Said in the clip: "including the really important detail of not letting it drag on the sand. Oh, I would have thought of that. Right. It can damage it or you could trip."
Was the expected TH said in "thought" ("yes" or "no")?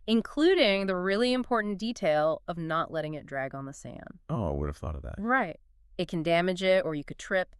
yes